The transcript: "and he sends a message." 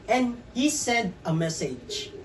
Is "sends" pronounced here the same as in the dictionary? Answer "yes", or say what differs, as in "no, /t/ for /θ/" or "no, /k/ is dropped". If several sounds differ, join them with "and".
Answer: no, /z/ is dropped